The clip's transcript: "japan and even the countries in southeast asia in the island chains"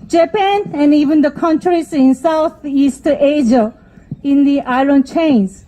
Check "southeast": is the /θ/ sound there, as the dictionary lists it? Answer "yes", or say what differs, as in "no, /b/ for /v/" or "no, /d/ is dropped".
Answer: no, /t/ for /θ/